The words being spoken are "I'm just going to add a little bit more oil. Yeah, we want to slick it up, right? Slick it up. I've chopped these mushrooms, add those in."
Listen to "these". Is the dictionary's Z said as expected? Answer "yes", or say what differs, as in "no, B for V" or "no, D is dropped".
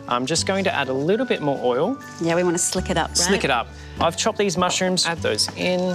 yes